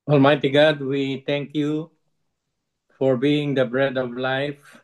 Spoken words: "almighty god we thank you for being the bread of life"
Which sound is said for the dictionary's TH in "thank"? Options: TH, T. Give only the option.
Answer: T